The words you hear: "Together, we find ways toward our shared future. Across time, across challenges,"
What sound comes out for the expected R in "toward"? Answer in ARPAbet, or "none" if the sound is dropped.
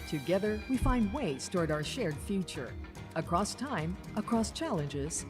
R